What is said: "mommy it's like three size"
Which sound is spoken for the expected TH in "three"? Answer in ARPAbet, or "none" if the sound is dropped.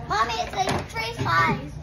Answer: T